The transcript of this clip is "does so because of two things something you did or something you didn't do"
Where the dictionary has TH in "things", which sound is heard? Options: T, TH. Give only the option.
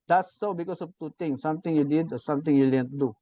T